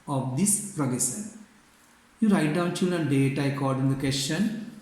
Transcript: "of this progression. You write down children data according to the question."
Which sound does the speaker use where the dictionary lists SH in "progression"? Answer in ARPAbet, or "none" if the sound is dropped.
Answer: S